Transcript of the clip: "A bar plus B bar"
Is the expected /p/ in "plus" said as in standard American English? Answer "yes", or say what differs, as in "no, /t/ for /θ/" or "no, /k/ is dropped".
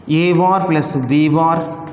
yes